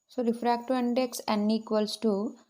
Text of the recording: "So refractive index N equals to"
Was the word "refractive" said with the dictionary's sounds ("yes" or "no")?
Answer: no